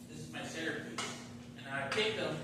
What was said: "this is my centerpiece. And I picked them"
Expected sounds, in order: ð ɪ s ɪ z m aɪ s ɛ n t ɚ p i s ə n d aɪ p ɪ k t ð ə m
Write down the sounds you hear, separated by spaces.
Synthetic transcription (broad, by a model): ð ɪ s ɪ z m aɪ s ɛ t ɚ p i ə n aɪ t ɪ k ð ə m